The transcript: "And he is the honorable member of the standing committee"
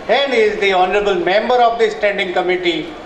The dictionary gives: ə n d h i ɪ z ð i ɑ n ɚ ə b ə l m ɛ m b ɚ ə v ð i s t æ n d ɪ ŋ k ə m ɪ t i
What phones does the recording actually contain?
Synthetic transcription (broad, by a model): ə n d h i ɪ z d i ɑ n ɚ ə b ə l m ɛ m b ɚ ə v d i s t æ n d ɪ ŋ k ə m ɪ t i